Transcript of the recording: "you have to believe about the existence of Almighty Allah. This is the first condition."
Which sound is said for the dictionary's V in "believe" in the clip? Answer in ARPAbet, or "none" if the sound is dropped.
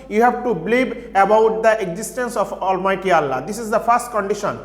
B